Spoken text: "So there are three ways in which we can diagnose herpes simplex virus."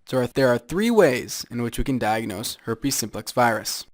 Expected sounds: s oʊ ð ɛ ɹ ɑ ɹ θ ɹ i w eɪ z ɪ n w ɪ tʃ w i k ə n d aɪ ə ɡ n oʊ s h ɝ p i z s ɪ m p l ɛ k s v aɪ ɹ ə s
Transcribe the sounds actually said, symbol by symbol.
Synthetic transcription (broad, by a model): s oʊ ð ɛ ɹ ɑ ɹ θ ɹ i w eɪ z ɪ n w ɪ tʃ w i k ə n d aɪ ə ɡ n oʊ s h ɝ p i s ɪ m p l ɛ k s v aɪ ɹ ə s